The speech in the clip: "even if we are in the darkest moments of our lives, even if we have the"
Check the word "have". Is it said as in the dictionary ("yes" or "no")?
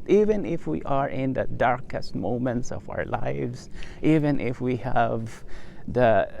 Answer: yes